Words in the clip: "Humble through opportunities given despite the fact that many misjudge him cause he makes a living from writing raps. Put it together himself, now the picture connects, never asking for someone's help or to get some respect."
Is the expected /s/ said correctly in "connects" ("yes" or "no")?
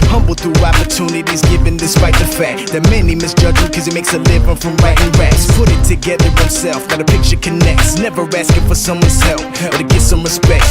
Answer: yes